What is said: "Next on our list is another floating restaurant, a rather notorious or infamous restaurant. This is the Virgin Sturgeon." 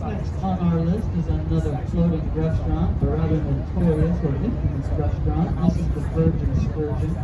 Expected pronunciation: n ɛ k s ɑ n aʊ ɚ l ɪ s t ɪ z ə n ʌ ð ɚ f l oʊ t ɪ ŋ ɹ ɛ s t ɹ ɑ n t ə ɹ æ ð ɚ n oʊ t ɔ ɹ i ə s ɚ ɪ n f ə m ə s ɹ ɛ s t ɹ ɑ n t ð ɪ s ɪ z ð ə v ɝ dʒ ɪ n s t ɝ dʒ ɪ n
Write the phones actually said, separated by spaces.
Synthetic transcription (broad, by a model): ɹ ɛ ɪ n aʊ ɚ l ɪ s t ɪ z ə n ʌ ð ɚ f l oʊ t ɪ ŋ ɹ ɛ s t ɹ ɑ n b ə ɹ æ ð ɚ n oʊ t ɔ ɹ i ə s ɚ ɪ f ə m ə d ɹ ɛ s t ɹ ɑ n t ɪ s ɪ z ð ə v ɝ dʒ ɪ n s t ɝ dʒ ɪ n